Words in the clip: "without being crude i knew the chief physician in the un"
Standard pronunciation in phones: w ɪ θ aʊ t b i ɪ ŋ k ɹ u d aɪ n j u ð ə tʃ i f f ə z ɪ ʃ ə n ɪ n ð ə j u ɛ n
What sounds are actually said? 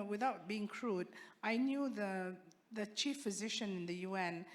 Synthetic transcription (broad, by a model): w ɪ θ aʊ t b i ɪ ŋ k ɹ u d aɪ n j u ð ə tʃ i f f ə z ɪ ʃ ə n ɪ n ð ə j u ɛ n